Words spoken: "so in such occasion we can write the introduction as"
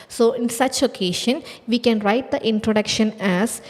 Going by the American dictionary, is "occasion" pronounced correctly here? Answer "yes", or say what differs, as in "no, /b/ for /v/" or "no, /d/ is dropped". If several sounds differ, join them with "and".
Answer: no, /ʃ/ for /ʒ/